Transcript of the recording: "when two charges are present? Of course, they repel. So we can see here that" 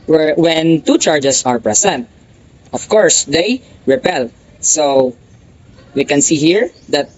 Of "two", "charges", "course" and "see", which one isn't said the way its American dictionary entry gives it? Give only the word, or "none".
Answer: charges